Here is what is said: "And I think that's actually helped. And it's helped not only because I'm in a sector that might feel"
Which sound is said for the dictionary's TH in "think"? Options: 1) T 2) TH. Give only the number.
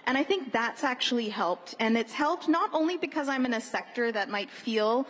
2